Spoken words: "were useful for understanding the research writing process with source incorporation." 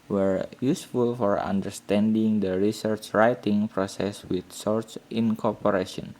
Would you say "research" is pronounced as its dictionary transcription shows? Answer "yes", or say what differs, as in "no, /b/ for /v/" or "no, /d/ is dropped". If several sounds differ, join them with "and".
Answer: yes